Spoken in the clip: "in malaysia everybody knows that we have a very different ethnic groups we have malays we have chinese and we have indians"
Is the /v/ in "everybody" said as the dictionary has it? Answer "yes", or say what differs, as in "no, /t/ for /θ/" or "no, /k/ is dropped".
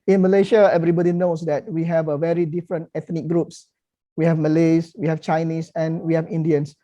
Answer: yes